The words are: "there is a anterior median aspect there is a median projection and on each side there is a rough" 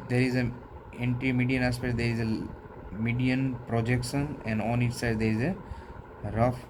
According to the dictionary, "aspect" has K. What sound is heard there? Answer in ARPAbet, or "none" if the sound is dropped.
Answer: none